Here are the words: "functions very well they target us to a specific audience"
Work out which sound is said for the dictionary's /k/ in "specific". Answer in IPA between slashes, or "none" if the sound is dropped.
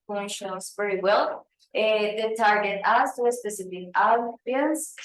none